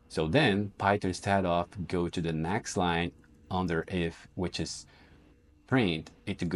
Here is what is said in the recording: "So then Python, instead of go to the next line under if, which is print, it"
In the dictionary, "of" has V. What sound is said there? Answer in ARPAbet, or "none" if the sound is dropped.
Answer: F